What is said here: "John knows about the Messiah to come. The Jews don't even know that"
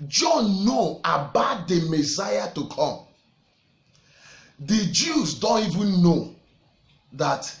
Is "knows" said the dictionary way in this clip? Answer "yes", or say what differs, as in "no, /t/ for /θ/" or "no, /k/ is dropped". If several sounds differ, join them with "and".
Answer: no, /z/ is dropped